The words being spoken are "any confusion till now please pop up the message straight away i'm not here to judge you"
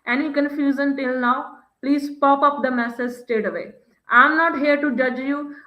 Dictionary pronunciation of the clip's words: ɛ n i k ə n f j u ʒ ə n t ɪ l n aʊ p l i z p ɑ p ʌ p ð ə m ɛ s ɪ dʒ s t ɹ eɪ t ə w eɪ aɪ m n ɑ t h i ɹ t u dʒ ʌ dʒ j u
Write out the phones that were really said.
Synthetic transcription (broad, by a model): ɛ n i k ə n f j u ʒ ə n t ɪ l n aʊ p l i z p ɑ p ʌ p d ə m ɛ s ɪ dʒ s t eɪ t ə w eɪ aɪ m n ɑ t h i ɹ t u dʒ ʌ dʒ j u